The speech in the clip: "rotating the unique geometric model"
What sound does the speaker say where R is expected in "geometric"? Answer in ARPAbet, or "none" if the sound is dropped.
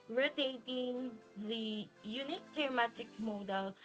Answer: none